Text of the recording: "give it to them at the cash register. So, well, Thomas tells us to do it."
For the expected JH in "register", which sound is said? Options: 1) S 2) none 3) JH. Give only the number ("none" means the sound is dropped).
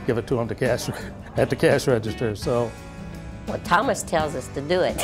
3